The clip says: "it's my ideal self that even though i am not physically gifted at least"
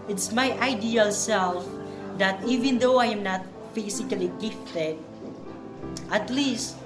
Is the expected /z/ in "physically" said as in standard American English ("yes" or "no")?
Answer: no